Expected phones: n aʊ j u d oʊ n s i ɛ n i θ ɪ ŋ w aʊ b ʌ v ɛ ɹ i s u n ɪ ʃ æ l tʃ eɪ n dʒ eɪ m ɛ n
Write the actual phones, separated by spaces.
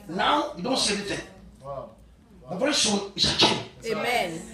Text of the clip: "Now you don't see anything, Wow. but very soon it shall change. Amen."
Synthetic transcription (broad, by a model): n aʊ j u d oʊ n s i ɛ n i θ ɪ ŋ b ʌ v ɛ ɹ i s u n ɪ s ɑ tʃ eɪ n eɪ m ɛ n